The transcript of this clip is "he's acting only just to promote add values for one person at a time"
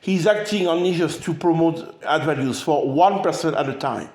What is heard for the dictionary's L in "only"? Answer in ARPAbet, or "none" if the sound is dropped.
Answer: none